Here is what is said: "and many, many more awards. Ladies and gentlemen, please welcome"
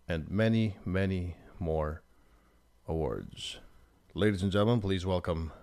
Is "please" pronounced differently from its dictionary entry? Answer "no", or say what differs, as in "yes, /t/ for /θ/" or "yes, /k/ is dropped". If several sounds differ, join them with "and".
no